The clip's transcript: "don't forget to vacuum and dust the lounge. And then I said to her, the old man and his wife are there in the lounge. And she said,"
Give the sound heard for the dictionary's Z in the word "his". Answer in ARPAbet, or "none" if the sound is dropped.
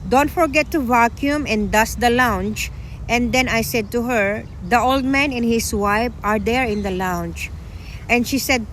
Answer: S